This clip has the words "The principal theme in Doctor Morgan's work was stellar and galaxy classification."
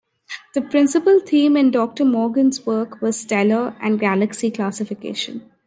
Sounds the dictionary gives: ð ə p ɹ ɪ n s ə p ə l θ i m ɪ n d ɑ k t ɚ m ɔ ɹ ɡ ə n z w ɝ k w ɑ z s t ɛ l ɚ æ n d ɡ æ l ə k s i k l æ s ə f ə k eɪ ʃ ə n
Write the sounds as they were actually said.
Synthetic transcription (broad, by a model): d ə p ɹ ɪ n s ə p ə l t i m ɪ n d ɑ k t ɚ m ɔ ɹ ɡ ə n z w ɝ k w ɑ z s t ɛ l ɚ æ n d ɡ æ l ə k s i k l æ s ə f ə k eɪ ʃ ə n